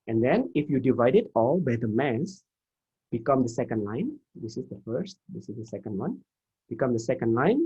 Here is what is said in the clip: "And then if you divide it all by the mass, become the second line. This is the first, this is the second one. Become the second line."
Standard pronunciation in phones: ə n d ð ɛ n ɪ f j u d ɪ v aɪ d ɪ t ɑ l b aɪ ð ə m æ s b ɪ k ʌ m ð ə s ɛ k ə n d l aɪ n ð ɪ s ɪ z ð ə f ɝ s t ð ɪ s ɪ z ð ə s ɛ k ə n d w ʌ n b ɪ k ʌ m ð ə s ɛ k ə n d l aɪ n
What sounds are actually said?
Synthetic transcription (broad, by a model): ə n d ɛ n ɪ f j u d ɪ v aɪ d ɪ t ɑ l b aɪ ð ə m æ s b ɪ k ʌ m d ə s ɛ k ə n d l aɪ n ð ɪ s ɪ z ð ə f ɝ s t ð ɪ s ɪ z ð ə s ɛ k ə n d w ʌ n b ɪ k ʌ m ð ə s ɛ k ə n d l aɪ n